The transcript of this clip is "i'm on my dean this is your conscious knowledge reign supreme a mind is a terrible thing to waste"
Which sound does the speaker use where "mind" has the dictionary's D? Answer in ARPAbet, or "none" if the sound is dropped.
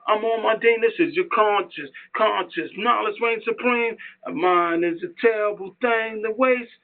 none